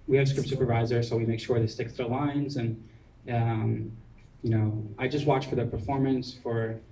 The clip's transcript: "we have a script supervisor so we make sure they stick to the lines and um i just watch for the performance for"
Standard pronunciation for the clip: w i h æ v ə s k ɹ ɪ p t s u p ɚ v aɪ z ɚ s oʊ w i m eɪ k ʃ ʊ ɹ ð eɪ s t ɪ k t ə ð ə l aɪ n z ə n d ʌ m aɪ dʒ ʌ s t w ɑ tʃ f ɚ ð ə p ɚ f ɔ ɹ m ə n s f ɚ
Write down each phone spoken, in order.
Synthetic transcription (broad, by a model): w i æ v s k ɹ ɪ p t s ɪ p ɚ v aɪ z ɚ s oʊ w i m eɪ k ʃ ʊ ɹ ð eɪ s t ɪ k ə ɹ l aɪ n z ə n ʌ m aɪ dʒ ʌ s t w ɑ tʃ f ɚ ð ə p ɚ f ɔ ɹ m ə n s f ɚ